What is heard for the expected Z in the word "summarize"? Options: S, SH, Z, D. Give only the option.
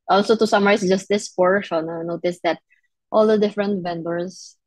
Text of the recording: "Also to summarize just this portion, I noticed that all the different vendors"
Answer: S